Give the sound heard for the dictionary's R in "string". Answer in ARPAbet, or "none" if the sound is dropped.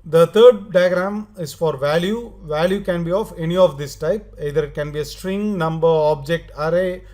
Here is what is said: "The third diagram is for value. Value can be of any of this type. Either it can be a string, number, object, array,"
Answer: R